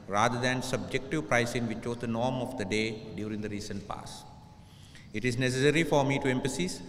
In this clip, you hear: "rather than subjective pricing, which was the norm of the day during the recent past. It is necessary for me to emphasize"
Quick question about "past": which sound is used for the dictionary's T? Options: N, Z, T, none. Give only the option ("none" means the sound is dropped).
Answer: none